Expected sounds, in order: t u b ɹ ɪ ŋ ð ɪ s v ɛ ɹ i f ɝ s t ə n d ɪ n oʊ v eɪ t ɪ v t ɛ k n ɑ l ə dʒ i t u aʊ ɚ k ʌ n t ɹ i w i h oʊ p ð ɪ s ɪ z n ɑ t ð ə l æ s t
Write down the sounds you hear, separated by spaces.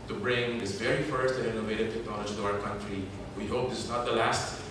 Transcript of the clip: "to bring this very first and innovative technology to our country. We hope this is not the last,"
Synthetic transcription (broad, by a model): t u b ɹ ɪ ŋ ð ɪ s v ɛ ɹ i f ɝ s t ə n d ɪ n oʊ v eɪ t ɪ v t ɛ k n ɑ l ə dʒ i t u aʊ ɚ k ʌ n t ɹ i w i h oʊ p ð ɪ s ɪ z n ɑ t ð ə l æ s t